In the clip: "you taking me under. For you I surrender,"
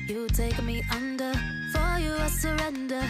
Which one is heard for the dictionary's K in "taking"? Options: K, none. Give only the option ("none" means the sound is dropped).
none